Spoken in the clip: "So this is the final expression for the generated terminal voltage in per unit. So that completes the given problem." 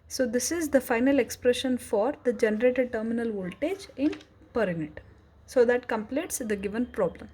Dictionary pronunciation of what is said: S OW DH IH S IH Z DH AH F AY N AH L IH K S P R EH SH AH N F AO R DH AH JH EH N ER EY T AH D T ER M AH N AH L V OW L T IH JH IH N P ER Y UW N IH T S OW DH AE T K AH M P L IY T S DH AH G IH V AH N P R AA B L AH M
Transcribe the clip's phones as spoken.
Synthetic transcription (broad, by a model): S OW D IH S IH Z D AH F AY N AH L IH K S P R EH SH AH N F AO R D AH JH EH N ER EY T AH D T ER M AH N AH L V OW L T IH JH IH N P ER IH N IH T S OW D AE T K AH M P L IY T S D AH G IH V AH N P R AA B L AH M